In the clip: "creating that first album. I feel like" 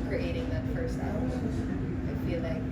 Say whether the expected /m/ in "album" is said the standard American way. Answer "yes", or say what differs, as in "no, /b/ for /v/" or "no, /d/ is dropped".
no, /m/ is dropped